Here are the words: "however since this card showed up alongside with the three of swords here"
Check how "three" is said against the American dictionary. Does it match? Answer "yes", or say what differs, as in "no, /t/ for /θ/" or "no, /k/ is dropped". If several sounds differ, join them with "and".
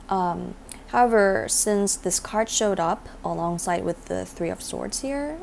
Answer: yes